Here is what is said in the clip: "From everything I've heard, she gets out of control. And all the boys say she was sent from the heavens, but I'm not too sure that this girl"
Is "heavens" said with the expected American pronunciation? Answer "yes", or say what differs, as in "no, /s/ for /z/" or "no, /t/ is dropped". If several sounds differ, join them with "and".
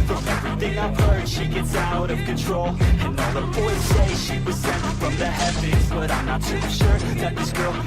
no, /n/ is dropped